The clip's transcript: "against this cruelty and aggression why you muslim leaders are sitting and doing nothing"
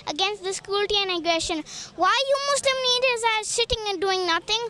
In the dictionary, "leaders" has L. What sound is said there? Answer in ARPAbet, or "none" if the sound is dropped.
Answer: N